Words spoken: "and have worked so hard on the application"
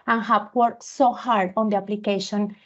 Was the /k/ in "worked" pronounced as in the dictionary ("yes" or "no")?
no